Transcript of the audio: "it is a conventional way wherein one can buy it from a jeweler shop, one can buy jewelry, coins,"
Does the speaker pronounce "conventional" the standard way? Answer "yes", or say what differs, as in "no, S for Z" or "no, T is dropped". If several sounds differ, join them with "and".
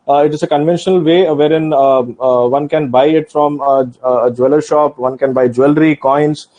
yes